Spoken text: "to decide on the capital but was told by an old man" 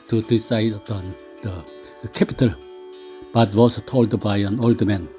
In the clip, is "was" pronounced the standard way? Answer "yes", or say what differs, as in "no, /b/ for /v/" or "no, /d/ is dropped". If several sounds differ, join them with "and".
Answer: no, /s/ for /z/